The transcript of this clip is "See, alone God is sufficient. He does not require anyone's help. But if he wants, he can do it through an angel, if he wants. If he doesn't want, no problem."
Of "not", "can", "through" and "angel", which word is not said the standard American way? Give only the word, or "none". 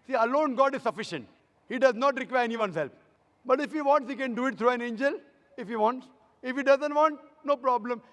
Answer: through